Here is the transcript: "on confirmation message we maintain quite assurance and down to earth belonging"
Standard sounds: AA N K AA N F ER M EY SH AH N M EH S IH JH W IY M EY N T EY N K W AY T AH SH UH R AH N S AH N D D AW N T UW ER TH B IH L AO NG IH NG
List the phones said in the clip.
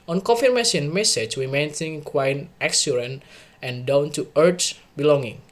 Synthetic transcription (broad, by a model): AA N K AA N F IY M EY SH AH N M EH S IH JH W IY M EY N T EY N K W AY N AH S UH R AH N AH N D D AW N T UW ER T B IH L AO NG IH NG